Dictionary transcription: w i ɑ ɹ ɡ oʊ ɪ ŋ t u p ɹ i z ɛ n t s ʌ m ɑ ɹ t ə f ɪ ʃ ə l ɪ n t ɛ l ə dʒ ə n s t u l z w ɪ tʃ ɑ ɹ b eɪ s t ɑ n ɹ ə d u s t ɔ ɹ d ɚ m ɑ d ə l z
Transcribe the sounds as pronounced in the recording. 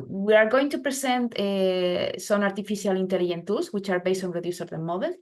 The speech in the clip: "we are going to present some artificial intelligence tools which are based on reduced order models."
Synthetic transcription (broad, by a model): w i ɑ ɹ ɡ oʊ ɪ ŋ t u p ɹ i s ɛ n t s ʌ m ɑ ɹ t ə f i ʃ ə l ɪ n t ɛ l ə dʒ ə n t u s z w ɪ tʃ ɑ ɹ b eɪ s t ɑ n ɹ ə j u s ɔ ɹ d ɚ m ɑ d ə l